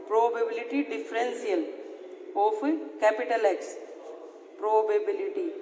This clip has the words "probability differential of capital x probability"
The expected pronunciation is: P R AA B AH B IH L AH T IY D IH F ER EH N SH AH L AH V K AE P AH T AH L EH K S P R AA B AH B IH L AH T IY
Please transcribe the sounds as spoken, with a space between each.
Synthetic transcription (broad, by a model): P R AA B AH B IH L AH T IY D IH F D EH N S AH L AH F K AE P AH T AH L EH K S P R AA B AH B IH L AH T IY